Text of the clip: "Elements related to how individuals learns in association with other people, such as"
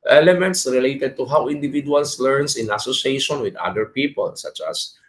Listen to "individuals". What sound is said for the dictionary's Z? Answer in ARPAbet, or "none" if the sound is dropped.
S